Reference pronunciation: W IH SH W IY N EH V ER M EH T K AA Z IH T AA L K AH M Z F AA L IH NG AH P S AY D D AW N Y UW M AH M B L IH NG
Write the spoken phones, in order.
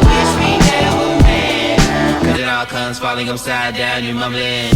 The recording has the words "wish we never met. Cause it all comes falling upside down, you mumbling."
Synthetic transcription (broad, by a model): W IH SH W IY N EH W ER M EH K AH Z IH T AA L K AH M Z F AA L IH NG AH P S AY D D AW N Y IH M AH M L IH